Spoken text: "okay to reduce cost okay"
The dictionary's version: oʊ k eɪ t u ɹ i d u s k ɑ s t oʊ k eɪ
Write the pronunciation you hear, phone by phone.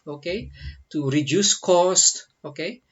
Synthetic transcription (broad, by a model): oʊ k eɪ t u ɹ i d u s k ɑ s t oʊ k eɪ